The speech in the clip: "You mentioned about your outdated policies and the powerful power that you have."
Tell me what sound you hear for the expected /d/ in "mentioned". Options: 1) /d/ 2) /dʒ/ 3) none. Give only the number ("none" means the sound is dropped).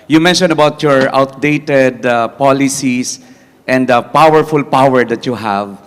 3